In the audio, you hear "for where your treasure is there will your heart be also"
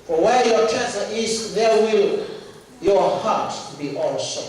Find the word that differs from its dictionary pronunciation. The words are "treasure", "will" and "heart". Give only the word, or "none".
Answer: treasure